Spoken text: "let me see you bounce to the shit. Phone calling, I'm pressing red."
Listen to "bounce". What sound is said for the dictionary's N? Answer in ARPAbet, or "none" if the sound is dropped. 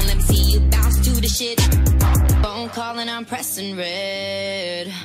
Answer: none